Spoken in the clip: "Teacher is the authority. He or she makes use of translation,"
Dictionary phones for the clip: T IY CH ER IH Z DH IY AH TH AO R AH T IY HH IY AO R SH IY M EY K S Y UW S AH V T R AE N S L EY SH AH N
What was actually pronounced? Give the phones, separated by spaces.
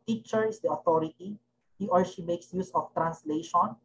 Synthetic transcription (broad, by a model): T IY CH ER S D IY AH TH AO R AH T IY HH IY AO R SH IY M EY K S Y UW S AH F T R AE N S L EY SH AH N